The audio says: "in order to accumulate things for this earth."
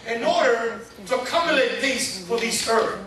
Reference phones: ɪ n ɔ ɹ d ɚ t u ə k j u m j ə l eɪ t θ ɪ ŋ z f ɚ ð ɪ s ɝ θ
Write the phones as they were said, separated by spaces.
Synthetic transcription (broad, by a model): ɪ n ɔ ɹ d ɚ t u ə k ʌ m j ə l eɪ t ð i z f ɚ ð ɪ θ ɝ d